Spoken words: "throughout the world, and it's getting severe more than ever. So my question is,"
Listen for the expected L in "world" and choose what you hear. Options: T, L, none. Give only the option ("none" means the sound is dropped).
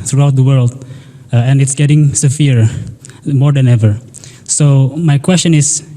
L